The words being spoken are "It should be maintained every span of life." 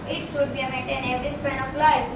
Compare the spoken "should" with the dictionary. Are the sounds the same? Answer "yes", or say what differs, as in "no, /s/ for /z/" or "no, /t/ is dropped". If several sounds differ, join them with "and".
no, /s/ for /ʃ/